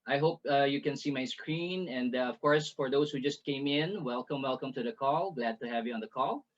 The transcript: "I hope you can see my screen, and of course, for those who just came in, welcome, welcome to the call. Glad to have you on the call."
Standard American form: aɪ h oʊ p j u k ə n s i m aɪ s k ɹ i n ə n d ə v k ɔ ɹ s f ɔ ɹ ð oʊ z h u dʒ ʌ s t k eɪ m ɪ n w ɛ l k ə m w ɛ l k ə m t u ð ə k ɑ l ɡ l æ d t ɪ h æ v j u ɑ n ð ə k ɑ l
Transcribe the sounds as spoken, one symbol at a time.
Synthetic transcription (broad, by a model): aɪ h oʊ p j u k ə n s i m aɪ s k ɹ i n ə n d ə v k ɔ ɹ s f ɔ ɹ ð oʊ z h u dʒ ʌ s t k eɪ m ɪ n w ɛ l k ə m w ɛ l k ə m t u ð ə k ɑ l ɡ l æ d t ɪ h æ v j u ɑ n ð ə k ɑ l